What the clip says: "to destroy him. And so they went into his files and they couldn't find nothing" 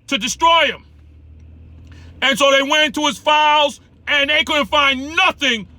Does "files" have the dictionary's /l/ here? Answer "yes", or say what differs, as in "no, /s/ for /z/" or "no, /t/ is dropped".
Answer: yes